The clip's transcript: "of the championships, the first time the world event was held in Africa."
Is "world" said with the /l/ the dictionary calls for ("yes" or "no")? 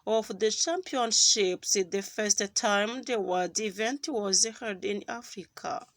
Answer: no